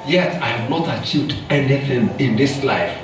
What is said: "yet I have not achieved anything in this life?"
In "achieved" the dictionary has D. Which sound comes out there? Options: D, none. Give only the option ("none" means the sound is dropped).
D